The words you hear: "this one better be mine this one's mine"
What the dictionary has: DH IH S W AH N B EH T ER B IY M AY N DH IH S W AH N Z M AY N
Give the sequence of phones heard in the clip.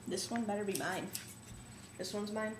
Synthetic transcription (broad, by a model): DH IH S W AH N B EH T ER B IY M AY N DH IH S W AH N Z M AY N